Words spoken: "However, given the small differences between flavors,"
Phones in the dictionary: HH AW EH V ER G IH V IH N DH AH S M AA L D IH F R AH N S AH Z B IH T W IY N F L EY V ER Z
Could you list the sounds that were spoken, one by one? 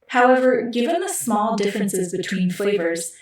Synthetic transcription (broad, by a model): HH AW EH V ER G IH V IH N DH AH S M AA L D IH F R AH N S AH Z B IH T W IY N F L EY V ER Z